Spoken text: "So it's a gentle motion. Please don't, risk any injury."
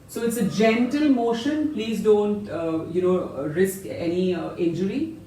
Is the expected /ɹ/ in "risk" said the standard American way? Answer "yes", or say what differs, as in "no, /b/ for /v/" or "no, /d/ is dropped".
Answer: yes